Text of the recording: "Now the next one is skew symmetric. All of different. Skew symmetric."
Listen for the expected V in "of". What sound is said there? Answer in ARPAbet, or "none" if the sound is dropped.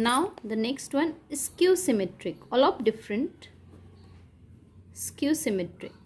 P